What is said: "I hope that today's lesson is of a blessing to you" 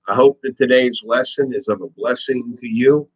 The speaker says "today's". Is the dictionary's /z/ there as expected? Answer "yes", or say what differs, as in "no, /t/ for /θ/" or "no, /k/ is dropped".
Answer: yes